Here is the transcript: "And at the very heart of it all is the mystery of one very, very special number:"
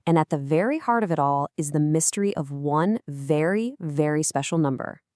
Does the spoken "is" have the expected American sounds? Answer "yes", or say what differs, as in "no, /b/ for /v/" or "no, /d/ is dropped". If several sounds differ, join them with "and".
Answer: yes